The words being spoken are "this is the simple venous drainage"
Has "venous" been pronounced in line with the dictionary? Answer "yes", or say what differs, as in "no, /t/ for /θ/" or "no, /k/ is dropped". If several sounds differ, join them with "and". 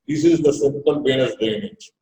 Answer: no, /b/ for /v/